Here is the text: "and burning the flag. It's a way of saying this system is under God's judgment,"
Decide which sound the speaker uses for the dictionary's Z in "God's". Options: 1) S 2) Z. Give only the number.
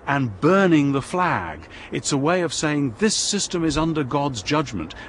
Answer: 2